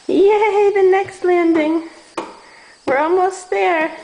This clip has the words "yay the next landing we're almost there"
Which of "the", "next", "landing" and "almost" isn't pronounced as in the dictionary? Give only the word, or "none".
none